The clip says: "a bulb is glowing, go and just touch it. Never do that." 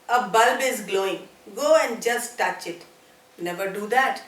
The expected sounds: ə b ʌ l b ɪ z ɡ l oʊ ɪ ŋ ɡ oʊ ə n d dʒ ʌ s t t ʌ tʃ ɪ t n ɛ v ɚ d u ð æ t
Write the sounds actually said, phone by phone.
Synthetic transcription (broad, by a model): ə b ʌ l b ɪ z ɡ l oʊ ɪ ŋ ɡ oʊ ə n d dʒ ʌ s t t ʌ tʃ ɪ t n ɛ v ɚ d u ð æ t